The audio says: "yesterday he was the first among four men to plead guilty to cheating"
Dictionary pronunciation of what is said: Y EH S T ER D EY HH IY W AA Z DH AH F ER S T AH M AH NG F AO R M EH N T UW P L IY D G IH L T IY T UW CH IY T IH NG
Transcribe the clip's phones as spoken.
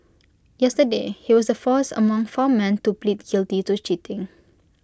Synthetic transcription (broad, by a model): Y EH S T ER D EY HH IY W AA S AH F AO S AH M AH NG F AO M EH N T UW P L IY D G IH L T IY T UW CH IY T IH NG